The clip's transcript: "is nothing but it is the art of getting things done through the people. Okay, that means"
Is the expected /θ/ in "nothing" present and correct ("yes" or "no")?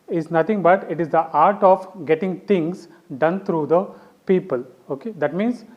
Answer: no